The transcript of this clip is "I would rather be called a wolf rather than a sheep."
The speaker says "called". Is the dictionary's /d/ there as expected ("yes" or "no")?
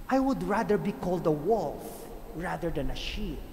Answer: yes